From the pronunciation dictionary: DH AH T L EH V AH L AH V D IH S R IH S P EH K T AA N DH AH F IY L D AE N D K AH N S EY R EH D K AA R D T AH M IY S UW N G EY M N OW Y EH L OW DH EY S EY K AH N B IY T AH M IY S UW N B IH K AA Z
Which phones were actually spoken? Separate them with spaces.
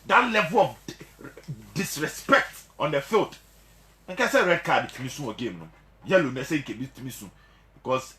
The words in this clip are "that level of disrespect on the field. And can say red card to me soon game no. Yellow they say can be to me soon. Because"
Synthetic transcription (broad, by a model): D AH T L EH V AH L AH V D IH S R IH S P EH K T AA N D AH F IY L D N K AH S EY R EH D K AA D T AH M IY S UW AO G EY M N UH Y EH L OW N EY S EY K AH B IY T AH M IY S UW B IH K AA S